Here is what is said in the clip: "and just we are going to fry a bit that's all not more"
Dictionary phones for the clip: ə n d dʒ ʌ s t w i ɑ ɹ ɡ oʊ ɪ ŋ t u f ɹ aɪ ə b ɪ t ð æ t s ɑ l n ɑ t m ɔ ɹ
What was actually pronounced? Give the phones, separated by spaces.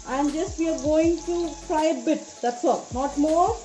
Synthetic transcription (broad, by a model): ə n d dʒ ʌ s t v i ɑ ɹ ɡ oʊ ɪ ŋ t u p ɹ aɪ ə b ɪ t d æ t s ɑ l n ɑ t m ɔ ɹ